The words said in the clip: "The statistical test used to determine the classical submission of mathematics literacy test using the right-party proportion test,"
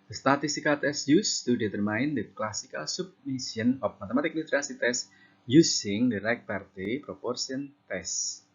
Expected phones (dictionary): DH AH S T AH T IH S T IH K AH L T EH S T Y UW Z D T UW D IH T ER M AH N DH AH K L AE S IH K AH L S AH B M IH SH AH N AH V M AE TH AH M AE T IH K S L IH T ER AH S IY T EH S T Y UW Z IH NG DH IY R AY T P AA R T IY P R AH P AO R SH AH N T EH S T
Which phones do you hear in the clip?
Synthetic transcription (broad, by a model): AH S T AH T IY S T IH K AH T EH S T Y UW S T UW D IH T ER M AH N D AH K L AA S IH K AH L S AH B M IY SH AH N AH F M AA T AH M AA T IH K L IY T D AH S IY T EH S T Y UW S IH NG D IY R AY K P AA R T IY P R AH P AO R S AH N T EH S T